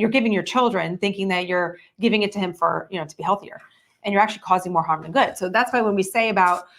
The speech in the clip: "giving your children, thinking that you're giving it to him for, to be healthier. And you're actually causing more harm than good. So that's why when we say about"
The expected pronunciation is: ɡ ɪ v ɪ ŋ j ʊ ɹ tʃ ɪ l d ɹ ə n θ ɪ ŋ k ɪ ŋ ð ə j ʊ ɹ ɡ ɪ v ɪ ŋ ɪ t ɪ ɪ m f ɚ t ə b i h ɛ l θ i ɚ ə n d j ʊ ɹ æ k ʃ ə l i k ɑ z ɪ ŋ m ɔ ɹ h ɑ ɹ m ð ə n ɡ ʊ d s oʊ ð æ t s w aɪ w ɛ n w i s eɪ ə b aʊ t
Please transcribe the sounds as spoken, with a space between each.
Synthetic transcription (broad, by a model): ɡ ɪ v ɪ ŋ j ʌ ɹ tʃ ɪ l d ɹ ə n θ ɪ ŋ k ɪ ŋ ð ə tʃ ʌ ɹ ɡ ɪ v ɪ ŋ ɪ t ɪ ɪ m f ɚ t ə b i h ɛ l θ i ɚ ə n j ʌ ɹ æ k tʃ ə l i k ɑ z ɪ ŋ m ɔ ɹ h ɑ ɹ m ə n ɡ ʊ d s oʊ ð æ t s w aɪ w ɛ n w i s eɪ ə b aʊ t